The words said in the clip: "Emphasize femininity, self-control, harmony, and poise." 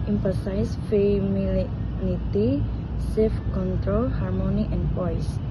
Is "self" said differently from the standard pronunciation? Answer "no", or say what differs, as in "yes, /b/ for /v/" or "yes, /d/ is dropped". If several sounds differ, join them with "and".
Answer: yes, /l/ is dropped